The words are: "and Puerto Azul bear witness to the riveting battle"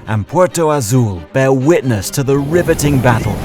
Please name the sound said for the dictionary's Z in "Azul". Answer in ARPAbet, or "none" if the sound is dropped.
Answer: Z